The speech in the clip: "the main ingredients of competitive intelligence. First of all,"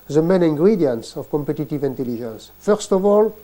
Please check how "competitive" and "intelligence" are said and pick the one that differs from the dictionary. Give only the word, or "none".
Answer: intelligence